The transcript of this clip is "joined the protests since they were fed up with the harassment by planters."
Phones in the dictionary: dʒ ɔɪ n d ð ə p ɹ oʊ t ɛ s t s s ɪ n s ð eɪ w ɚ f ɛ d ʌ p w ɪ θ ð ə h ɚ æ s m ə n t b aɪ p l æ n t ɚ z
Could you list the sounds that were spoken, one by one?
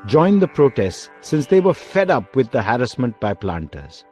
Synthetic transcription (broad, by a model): dʒ ɔɪ n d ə p ɹ oʊ t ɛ s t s s ɪ n s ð eɪ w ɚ f ɛ d ʌ p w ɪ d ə h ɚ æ s m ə n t b aɪ p l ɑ n t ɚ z